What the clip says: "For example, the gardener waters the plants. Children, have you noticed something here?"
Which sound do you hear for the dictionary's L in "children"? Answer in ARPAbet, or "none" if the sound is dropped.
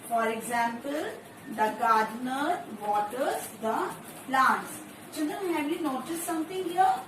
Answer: N